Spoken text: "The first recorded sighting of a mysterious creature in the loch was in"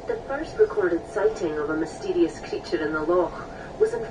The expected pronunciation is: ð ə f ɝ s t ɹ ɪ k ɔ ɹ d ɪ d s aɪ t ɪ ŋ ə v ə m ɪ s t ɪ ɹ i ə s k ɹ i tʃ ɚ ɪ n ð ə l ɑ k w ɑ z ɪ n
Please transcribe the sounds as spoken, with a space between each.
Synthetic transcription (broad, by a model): ð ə f ɝ s t ɹ ɪ k ɔ ɹ d ɪ d s aɪ t ɪ ŋ ə v ə m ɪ s t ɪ ɹ i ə s k ɹ i tʃ ɚ ɪ n ð ə l ɑ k w ɑ z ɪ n